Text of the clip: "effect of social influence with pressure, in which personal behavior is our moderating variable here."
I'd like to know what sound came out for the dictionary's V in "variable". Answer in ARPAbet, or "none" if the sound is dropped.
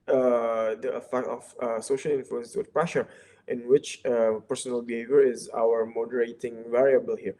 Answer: V